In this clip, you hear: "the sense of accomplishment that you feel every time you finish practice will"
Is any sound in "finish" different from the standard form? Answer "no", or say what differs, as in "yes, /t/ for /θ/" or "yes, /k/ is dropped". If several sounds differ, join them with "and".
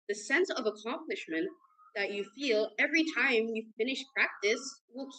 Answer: no